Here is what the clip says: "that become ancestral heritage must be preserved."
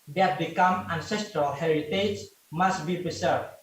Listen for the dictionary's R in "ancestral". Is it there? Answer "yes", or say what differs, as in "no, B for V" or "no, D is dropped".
yes